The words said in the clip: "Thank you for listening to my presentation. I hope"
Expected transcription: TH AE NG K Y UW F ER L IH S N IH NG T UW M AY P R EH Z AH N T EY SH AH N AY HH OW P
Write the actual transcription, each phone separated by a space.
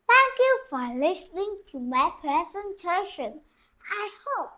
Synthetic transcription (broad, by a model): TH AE NG K Y UW F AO L IH S N IH NG T UW M AY P R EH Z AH N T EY SH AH N AY HH OW P